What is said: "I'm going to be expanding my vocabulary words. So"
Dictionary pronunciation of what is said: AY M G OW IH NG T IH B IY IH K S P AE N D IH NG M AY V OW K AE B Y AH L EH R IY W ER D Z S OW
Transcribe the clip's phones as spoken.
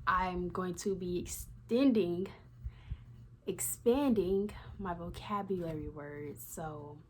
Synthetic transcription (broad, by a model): AY M G OW IH NG T IH B IY IH K S P AE N D IH NG M AY V OW K AE B Y AH L EH R IY W ER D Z S OW